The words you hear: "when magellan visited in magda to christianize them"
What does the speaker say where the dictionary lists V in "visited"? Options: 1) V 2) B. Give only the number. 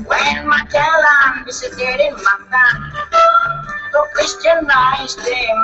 2